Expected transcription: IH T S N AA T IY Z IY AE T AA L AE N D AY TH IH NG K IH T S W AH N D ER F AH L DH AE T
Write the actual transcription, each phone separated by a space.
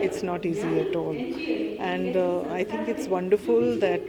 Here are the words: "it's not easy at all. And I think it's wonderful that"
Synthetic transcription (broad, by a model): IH T S N AA T IY Z IY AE T AA L AE N D AY T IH NG K IH T S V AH N D ER F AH L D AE T